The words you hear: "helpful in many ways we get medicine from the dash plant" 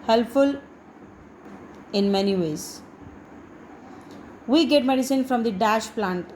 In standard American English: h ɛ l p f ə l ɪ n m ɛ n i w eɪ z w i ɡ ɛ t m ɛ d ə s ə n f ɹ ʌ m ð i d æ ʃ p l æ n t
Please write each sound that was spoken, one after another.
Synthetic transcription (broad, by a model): h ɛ l p f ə l ɪ n m ɛ n i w eɪ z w i ɡ ɛ t m ɛ d ə s ə n f ɹ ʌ m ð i d æ ʃ p l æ n t